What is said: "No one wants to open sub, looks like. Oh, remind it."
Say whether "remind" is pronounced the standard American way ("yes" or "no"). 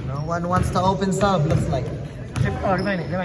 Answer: no